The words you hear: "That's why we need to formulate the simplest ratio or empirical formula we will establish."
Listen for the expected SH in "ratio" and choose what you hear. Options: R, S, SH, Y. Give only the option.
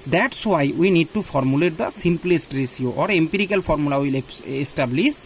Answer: S